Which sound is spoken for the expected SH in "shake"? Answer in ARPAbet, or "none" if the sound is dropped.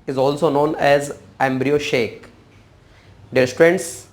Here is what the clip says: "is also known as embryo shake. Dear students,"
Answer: SH